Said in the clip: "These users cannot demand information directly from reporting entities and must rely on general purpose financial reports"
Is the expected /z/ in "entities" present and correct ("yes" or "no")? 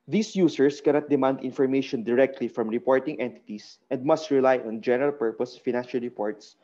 no